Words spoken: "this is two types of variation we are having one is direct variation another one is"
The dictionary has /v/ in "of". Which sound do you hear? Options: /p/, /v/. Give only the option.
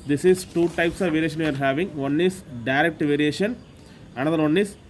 /v/